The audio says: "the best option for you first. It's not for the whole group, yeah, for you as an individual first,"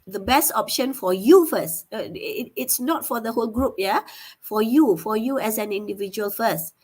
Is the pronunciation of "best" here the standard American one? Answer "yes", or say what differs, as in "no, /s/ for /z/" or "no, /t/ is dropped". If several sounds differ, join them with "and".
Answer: yes